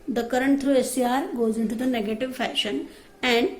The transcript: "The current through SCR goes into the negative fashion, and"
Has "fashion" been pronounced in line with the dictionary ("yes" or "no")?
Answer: yes